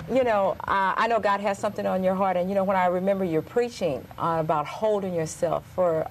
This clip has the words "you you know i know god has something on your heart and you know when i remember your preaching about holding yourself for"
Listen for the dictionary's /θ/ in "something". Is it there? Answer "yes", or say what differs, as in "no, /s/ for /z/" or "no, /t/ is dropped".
yes